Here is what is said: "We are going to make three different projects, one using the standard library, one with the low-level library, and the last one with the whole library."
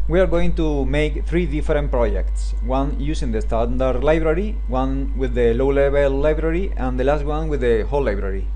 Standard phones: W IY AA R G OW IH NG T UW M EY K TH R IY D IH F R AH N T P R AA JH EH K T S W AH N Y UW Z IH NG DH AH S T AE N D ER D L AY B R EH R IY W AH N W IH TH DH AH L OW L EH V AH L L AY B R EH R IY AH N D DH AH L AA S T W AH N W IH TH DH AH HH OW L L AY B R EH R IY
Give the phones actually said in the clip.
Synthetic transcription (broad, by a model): W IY AA R G OW IH NG T UW M EY K TH R IY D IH F R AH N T P R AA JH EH K T S W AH N Y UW S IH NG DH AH S T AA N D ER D L AY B R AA R IY W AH N W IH DH AH L OW L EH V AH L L AY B R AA R IY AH N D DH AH L AA S T W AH N W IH DH AH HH OW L L AY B R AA R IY